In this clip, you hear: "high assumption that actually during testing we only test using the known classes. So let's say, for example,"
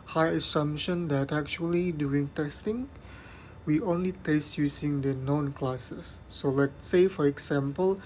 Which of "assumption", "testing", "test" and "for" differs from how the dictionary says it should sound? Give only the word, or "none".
assumption